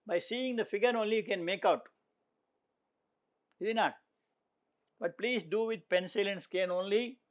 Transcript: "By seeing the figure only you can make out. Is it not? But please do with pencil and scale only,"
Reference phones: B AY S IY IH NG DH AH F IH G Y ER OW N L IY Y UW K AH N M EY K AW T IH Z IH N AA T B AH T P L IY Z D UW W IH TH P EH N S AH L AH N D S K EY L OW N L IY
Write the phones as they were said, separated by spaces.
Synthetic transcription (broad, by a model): B AY S IY IH NG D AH F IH G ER OW N L IY Y UW K AH N M EY K AW T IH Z IH N AA T B AH T P L IY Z D UW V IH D P EH N S AH L AH N D S K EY N OW N L IY